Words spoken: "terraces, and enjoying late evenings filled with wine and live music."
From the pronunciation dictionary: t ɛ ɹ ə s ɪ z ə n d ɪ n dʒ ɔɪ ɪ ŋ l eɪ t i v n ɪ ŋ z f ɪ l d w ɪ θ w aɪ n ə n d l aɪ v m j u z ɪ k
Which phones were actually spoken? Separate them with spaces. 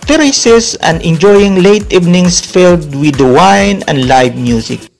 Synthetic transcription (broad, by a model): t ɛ ɹ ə s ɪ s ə n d ɪ n dʒ ɔɪ ɪ ŋ l eɪ t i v n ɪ ŋ s f ɪ l d w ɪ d w aɪ n ə n d l aɪ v m j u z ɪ k